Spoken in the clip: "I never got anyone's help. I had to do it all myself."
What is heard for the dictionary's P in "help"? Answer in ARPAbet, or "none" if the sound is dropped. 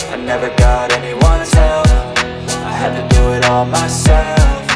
F